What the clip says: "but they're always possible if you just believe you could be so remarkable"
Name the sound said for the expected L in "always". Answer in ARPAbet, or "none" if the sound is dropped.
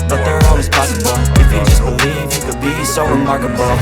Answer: none